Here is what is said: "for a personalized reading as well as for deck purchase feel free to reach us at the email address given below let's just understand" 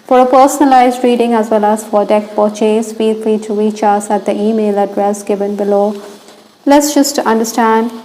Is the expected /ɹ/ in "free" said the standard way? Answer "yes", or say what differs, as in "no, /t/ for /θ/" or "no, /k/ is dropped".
no, /l/ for /ɹ/